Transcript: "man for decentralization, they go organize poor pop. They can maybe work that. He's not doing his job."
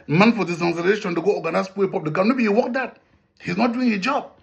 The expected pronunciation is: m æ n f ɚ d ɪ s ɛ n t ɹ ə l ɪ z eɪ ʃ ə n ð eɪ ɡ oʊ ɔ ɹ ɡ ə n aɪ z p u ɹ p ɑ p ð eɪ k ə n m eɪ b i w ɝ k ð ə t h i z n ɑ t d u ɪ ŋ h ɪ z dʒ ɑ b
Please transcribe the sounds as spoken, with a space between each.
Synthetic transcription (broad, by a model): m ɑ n f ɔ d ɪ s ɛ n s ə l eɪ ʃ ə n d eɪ ɡ oʊ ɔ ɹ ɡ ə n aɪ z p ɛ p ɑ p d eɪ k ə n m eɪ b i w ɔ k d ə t h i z n ɑ t d u ɪ ŋ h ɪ dʒ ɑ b